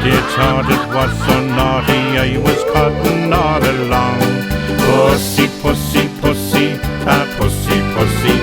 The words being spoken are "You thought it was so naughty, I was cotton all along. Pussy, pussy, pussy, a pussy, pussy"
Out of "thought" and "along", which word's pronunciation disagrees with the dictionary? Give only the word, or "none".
thought